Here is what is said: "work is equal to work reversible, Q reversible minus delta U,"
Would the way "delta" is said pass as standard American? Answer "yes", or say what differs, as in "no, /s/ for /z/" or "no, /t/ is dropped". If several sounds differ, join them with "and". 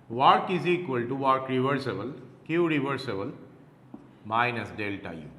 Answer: yes